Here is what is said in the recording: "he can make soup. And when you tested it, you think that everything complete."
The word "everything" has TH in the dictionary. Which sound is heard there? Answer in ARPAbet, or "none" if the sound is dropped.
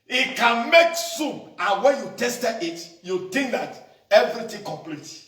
T